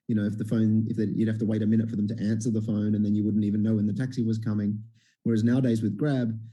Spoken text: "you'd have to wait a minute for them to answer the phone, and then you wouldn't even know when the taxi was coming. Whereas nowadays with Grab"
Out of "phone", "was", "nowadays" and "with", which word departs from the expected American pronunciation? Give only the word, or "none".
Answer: none